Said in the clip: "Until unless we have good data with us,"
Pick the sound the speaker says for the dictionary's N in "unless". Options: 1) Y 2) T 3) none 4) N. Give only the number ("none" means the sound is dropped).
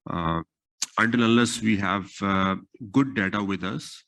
3